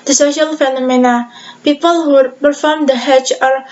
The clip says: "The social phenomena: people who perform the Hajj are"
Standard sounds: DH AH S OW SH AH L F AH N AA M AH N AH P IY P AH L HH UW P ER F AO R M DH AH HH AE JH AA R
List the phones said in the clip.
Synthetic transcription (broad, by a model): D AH S OW SH AH L F AH N AA M AH N AH P IY P AH L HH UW P ER F AO R M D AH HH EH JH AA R